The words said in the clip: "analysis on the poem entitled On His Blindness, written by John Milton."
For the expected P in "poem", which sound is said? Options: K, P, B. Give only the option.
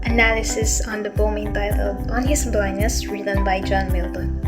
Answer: B